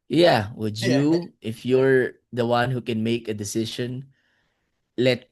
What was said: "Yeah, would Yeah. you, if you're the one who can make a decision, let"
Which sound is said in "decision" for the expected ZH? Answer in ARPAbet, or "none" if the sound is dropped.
SH